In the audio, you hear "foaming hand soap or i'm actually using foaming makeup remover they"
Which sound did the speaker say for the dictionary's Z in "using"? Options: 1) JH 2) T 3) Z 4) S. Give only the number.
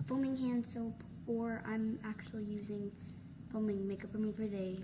3